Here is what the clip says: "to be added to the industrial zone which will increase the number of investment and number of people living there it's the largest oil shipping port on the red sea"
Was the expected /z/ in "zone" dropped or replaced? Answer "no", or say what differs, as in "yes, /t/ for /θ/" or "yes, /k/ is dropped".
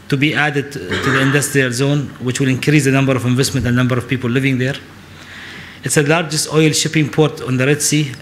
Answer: no